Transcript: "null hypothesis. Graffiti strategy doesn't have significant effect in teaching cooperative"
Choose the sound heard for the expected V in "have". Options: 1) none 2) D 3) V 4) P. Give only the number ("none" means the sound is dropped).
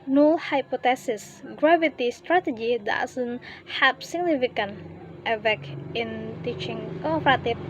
4